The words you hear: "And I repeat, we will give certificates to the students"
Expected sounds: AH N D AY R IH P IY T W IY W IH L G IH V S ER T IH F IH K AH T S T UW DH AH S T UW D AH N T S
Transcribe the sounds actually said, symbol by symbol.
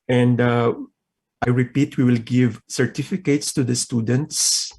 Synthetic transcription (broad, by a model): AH N D AY R IH P IY T W IY W IH L G IH V S ER T IH F IH K AH T S T UW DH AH S T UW D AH N T S